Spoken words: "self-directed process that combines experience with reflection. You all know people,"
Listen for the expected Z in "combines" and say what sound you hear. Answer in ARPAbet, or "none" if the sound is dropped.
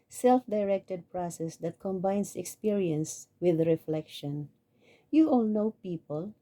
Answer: S